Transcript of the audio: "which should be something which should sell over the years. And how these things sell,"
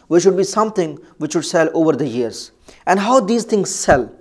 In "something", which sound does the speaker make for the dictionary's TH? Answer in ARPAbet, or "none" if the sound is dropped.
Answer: T